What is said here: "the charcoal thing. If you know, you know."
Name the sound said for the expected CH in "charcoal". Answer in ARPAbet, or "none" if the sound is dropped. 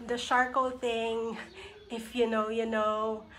SH